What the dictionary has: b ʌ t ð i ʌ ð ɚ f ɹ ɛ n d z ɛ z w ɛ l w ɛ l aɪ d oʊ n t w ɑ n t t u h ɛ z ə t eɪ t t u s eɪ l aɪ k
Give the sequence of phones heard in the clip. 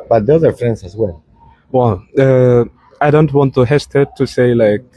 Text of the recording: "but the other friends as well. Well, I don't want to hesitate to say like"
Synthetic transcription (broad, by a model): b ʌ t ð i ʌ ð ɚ f ɹ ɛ n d s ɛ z w ɛ l w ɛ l aɪ d oʊ n t w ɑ n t t u h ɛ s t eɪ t t u s eɪ l aɪ k